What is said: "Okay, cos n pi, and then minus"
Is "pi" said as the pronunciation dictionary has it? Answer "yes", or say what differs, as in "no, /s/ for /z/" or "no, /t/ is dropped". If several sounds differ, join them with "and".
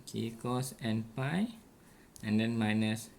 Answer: yes